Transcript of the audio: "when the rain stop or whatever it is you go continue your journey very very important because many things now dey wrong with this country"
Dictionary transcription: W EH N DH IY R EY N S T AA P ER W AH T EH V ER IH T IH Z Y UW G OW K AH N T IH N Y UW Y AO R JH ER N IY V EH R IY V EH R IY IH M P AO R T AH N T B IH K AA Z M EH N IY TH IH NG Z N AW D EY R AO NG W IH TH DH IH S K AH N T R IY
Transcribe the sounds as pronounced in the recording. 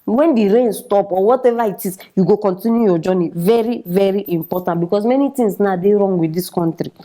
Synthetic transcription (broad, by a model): W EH N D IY R EY N S T AA P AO W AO T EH V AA IH T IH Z Y UW G OW K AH N T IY N Y UW Y AO JH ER N IY V EH R IY V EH R IY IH M P AO T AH N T B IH K AA S M EH N IY T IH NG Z N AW D EY R AO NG W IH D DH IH S K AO N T R IY